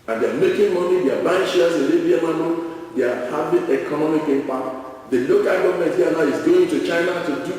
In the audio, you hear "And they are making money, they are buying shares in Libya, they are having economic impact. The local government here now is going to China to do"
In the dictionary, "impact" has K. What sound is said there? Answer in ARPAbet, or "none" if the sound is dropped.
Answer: none